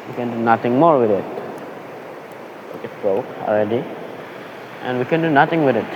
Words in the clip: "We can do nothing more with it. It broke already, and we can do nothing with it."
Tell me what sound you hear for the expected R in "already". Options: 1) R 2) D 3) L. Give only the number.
3